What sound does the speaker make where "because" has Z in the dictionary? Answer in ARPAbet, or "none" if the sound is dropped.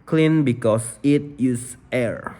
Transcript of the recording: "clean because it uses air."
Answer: S